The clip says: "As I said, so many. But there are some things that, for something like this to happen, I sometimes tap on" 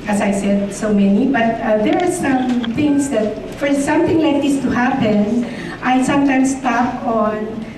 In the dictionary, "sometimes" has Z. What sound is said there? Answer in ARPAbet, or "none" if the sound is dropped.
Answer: S